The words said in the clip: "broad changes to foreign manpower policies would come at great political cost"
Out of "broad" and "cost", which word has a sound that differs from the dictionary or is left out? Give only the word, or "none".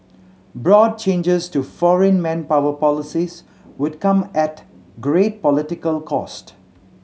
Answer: none